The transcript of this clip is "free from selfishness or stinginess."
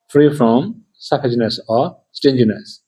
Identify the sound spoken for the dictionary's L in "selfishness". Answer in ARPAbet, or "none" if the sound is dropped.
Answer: none